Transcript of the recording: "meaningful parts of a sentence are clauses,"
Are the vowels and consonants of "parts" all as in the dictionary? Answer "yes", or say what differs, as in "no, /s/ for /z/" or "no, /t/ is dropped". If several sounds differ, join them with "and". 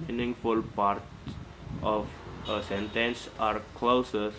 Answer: no, /s/ is dropped